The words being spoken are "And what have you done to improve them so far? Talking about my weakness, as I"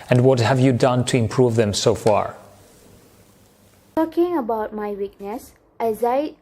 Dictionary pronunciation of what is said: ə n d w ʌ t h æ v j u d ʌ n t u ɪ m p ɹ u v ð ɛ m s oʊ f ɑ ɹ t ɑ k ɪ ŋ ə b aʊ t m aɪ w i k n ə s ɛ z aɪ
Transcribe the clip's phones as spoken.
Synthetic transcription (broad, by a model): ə n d w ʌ t h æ v j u d ʌ n t u ɪ m p ɹ u v ð ɛ m s oʊ f ɑ ɹ t ɑ k ɪ ŋ ə b aʊ t m aɪ w i k n ə s ɛ z aɪ